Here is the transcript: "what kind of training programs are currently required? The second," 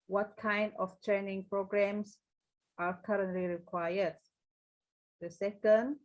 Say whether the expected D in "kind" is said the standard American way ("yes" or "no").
yes